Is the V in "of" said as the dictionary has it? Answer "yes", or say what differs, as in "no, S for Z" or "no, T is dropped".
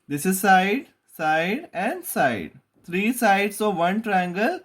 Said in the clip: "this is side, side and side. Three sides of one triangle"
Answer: yes